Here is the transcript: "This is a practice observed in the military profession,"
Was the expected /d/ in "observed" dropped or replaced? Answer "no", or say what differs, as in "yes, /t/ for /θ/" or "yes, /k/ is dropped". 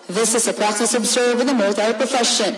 yes, /d/ is dropped